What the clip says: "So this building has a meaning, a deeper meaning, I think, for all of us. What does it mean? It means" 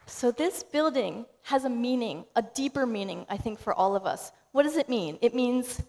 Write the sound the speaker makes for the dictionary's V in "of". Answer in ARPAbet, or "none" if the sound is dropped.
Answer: V